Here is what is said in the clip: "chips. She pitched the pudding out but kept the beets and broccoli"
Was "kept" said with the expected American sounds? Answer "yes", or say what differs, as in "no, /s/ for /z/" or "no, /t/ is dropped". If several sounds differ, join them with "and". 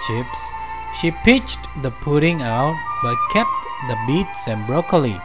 yes